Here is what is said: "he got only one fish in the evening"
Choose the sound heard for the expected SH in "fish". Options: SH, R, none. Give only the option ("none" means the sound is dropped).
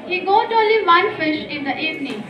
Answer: SH